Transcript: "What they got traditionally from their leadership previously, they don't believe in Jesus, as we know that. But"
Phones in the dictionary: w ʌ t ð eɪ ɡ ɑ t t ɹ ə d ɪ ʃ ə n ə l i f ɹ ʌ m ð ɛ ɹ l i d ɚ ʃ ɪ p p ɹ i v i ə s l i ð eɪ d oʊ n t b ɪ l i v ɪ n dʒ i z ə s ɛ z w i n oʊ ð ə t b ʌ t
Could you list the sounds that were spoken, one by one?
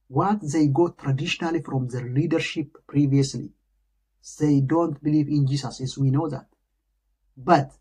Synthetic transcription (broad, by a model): w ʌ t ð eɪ ɡ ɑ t t ɹ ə d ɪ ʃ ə n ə l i f ɹ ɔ m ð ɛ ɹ l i d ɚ ʃ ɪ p p ɹ i v i ə s l i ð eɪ d oʊ n t b ɪ l i v ɪ n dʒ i s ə s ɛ s w i n oʊ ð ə t b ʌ t